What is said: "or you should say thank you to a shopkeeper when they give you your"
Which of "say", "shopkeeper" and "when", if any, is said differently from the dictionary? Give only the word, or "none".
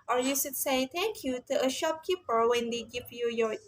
none